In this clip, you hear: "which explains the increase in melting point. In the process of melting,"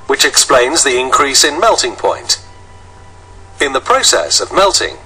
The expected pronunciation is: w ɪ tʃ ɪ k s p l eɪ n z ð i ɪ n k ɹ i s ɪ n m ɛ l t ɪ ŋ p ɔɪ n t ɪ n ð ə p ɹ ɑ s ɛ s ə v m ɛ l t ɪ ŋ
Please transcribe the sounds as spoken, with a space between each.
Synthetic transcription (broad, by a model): w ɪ tʃ ɪ k s p l eɪ n z ð i ɪ n k ɹ i s ɪ n m ɛ l t ɪ ŋ p ɔɪ n t ɪ n ð ə p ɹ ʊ s ɛ s ə v m ɛ l t ɪ ŋ